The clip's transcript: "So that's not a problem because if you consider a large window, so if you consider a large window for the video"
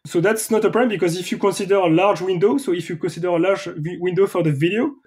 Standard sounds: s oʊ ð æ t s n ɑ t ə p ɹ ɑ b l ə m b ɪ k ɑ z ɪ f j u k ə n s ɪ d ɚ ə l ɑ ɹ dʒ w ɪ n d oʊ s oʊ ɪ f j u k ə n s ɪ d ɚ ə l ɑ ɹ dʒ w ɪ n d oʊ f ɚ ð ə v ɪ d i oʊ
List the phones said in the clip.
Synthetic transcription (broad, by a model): s oʊ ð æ t s n ɑ t ə p ɹ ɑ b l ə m b ɪ k ɑ z ɪ f j u k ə n s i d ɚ ə l ɑ ɹ dʒ w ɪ n d oʊ s oʊ ɪ f j u k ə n s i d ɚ ə l ɑ ɹ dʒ w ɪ n d oʊ f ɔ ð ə v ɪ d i oʊ